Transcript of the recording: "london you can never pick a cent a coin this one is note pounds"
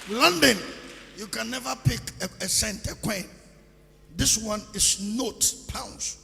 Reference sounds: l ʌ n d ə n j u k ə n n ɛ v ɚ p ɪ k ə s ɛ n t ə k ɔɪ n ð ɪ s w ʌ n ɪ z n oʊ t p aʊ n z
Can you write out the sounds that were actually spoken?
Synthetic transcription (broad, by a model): l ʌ n d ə n j u k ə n n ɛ v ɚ p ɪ k ə s ɛ n t ə k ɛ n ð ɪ s w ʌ n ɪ s n oʊ t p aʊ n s